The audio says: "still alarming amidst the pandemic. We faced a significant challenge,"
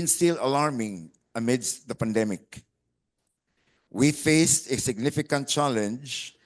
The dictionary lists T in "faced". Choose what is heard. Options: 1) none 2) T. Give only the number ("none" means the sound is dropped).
2